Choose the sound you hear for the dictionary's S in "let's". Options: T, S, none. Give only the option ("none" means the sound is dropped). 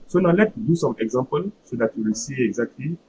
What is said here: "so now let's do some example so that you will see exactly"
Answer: none